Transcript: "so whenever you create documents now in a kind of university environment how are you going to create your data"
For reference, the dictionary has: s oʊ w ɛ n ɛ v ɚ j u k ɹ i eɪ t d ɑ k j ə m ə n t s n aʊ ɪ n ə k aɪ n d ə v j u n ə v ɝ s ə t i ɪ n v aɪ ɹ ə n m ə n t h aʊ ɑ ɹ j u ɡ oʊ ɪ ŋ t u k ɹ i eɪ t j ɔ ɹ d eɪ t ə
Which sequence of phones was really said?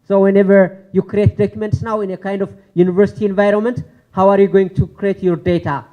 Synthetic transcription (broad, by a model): s oʊ w ɛ n ɛ v ɚ j u k ɹ i eɪ t d ɑ k j ə m ə n t s n aʊ ɪ n ə k aɪ n d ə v j u n ə v ɝ s ə t i ɪ n v aɪ ɹ ə n m ə n t h aʊ ɑ ɹ j u ɡ oʊ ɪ ŋ t u k ɹ i eɪ t j ɔ ɹ d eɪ t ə